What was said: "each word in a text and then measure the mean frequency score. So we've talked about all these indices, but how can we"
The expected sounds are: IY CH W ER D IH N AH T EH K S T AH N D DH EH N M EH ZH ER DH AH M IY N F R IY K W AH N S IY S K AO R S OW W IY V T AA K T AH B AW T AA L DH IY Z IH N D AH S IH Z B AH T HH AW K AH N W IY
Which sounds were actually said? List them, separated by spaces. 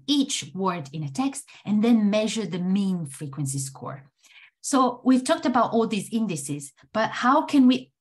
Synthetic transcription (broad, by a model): IY CH W ER D IH N AH T EH K S T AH N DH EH N M EH ZH ER DH AH M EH N F R IY K W AH N S IY S K AO R S OW W IY V T AA K T AH B AW T AA L DH IY Z IH N D AH S IH Z B AH T HH AW K AH N W IY